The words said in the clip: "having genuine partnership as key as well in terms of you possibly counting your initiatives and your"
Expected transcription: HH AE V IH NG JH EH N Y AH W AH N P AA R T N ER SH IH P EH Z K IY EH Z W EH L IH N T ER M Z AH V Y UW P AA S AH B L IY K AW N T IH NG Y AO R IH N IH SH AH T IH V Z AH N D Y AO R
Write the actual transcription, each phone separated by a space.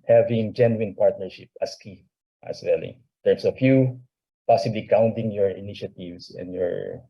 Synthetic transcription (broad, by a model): HH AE V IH NG JH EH N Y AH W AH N P AA R T N ER SH IH P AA S K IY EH S W EH L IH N T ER M S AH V Y UW P AA S AH B L IY K AW N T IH NG Y AO R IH N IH SH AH T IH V S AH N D Y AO R